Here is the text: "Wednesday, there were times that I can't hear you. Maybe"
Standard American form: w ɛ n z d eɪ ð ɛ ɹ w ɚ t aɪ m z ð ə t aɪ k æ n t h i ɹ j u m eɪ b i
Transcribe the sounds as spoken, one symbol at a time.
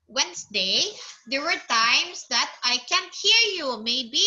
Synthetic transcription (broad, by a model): w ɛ n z d eɪ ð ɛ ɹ w ɚ t aɪ m s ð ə t aɪ k æ n t h i ɹ j u m eɪ b i